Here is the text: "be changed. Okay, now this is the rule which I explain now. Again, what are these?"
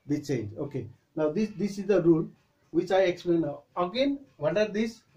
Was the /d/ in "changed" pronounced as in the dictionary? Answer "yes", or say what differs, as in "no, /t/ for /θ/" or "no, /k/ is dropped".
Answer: no, /d/ is dropped